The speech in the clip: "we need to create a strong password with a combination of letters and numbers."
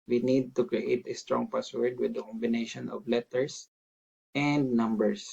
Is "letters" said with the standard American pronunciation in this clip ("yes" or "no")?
no